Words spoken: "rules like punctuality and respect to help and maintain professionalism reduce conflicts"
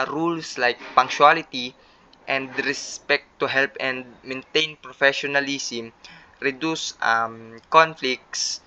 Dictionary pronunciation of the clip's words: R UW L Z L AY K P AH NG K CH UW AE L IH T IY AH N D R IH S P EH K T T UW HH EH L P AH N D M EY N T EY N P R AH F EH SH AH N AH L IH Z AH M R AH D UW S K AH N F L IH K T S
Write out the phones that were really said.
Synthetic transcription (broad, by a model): R UW L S L AY K P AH NG K SH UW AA L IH T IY AH N D R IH S P EH K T T UW HH EH L P AH N D M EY N T EY N P R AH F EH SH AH N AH L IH S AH M R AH D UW S K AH N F L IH K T S